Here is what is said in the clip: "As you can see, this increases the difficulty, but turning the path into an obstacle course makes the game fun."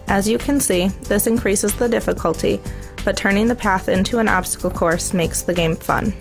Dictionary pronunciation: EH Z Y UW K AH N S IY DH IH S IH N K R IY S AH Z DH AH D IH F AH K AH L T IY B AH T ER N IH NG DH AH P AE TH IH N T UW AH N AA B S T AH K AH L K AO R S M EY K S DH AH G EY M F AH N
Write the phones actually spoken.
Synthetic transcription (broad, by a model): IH Z Y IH K AH N S IY DH IH S IH N K R IY S AH Z DH AH D IH F AH K AH L T IY B AH T ER N IH NG DH AH P AE TH IH N T UW AH N AA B S T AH K L K AO R S M EY K S DH AH G EY M F AH N